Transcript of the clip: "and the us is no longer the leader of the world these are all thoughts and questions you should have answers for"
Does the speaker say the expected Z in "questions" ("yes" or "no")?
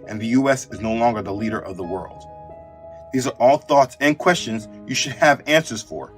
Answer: yes